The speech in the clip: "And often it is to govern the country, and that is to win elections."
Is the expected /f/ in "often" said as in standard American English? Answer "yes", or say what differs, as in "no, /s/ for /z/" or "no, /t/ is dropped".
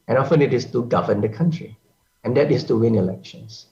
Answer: yes